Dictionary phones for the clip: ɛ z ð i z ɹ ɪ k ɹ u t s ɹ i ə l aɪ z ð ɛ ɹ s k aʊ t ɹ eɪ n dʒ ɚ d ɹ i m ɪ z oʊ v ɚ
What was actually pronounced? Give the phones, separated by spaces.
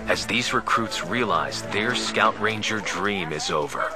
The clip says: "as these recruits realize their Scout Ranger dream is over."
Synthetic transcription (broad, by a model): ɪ z ð i z ɹ ɪ k ɹ u t s ɹ i ə l aɪ z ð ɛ ɹ s k aʊ t ɹ eɪ n dʒ ɚ d ɹ i m ɪ z oʊ v ɚ